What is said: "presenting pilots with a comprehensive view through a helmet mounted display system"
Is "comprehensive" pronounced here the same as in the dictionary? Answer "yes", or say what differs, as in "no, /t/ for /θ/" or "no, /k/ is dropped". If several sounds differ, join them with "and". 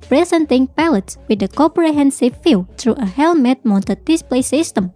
no, /m/ is dropped